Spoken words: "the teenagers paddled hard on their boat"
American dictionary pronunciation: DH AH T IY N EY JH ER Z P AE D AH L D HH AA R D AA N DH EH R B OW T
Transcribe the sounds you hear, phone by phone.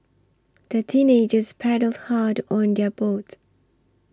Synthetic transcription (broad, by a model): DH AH T IY N EY JH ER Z P AE D AH L D HH AA D AA N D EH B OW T